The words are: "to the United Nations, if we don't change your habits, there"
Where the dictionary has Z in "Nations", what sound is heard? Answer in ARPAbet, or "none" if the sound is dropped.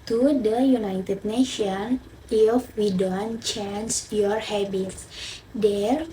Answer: none